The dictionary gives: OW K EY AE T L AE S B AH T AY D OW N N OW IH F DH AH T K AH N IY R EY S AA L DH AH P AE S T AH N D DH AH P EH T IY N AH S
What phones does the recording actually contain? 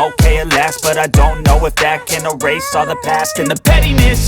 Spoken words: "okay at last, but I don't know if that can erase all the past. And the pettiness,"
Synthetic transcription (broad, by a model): OW K EY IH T L AE S B AH T AY D OW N N OW IH F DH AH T K AH N IY R EY S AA DH AH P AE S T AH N DH AH P EH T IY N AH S